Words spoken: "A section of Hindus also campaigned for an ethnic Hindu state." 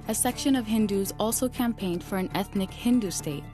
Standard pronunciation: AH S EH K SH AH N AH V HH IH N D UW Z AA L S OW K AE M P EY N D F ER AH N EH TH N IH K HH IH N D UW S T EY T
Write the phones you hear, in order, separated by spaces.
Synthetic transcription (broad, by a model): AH S EH K SH AH N AH V HH IH N D UW Z AA L S OW K AE M P EY N D F ER AH N EH TH N IH K HH IH N D UW S T EY T